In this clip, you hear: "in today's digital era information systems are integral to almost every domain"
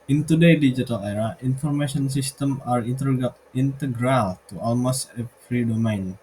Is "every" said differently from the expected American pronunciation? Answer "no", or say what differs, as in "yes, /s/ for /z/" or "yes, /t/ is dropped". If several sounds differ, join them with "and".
yes, /f/ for /v/